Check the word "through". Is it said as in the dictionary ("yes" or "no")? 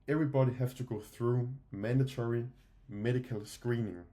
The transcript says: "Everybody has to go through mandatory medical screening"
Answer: yes